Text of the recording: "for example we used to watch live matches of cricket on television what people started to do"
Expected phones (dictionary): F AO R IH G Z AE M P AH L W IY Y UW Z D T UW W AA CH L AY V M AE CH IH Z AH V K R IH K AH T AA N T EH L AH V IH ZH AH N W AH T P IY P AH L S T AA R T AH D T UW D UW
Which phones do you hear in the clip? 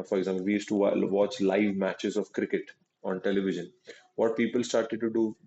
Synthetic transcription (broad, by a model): F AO R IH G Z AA M P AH L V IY Y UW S T UW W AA CH L AY V M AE CH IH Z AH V K R IH K AH T AA N T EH L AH V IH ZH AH N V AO T P IY P AH L S T AA R T AH D T UW D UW